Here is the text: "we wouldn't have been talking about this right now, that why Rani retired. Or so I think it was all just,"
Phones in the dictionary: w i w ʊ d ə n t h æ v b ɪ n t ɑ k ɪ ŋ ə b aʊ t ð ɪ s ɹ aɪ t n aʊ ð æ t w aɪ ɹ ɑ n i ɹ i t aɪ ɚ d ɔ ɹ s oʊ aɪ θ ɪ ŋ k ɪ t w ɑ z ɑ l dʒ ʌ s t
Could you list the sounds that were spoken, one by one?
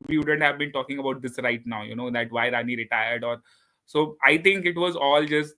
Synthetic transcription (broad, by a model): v i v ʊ d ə n t h æ v b ɪ n t ɑ k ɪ ŋ ə b aʊ t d ɪ s ɹ aɪ t n aʊ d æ t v aɪ ɹ ɑ n i ɹ i t aɪ ɚ d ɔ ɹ s oʊ aɪ t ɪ ŋ k ɪ t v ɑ z ɑ l dʒ ʌ s t